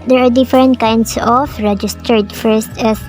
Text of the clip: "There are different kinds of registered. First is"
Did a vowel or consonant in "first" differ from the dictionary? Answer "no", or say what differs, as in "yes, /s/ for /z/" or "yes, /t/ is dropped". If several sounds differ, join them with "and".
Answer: no